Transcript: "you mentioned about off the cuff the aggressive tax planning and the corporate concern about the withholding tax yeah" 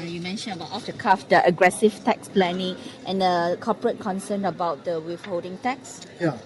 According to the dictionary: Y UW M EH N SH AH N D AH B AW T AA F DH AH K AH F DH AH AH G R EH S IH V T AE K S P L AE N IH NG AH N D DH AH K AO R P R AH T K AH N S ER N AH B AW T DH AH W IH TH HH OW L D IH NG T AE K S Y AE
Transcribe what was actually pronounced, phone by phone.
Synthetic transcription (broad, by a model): Y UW M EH N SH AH N AH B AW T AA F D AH K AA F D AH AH G R EH S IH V T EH K S P L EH N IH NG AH N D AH K AO P R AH T K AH N S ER N AH B AW T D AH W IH F HH OW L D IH NG T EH K S Y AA